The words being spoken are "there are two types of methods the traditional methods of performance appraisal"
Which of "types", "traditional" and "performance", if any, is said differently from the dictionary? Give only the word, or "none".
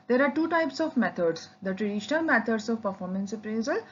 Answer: none